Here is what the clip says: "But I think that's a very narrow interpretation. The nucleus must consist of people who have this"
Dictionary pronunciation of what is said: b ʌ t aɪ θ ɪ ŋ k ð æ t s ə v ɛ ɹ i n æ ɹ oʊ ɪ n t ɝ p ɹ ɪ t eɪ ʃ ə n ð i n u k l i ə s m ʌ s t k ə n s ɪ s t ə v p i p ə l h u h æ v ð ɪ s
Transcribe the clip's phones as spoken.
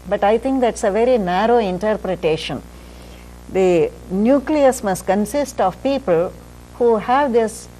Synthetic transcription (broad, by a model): b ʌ t aɪ t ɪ ŋ k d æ t s ə v ɛ ɹ i n æ ɹ oʊ ɪ n t ɝ p ɹ ɪ t eɪ ʃ ə n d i n u k l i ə s m ʌ s t k ə n s ɪ s t ə v p i p ə l h u h æ v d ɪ s